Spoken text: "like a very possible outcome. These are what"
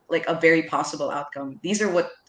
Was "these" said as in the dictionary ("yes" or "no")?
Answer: yes